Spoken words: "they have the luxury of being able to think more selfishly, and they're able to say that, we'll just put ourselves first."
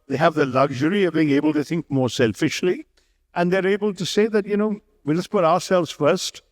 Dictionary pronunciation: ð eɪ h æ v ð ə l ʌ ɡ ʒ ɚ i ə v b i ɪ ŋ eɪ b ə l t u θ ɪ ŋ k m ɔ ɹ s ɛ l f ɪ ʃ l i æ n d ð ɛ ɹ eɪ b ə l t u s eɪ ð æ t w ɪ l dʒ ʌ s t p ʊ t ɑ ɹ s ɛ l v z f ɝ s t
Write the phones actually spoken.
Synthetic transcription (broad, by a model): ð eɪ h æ v ð ə l ʌ ɡ ʒ ɚ i ə v b i ɪ ŋ eɪ b ə l t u θ ɪ ŋ k m ɔ ɹ s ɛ l f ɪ ʃ l i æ n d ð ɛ ɹ eɪ b ə l t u s eɪ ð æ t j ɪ w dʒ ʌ s p ʊ t ɑ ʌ s ɛ l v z f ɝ s t